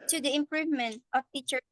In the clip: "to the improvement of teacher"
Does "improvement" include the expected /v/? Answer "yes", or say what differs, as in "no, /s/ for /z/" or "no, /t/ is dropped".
yes